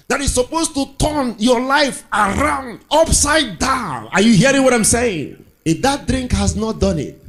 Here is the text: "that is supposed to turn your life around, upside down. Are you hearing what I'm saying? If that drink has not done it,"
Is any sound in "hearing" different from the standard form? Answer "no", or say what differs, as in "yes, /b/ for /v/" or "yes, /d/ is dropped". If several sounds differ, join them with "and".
no